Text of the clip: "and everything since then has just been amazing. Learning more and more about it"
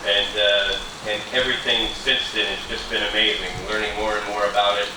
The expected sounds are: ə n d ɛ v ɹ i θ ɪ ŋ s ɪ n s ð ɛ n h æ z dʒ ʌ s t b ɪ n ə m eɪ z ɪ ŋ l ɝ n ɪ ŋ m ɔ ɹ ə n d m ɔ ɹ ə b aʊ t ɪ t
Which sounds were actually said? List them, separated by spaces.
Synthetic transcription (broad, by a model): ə n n ɛ v ɹ i θ ɪ ŋ s ɪ n s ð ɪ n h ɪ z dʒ ʌ s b ɪ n ə m eɪ z ɪ ŋ l ɝ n ɪ ŋ m ɔ ɹ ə n m ɔ ɹ ə b aʊ t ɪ t